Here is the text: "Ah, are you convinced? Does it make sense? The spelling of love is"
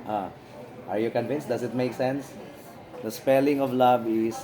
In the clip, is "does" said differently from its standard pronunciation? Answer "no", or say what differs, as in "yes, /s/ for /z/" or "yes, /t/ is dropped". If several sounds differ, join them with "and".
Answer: yes, /s/ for /z/